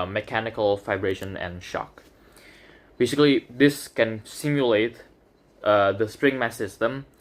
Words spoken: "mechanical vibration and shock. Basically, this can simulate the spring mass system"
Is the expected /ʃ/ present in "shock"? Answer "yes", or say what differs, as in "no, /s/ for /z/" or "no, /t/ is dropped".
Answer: yes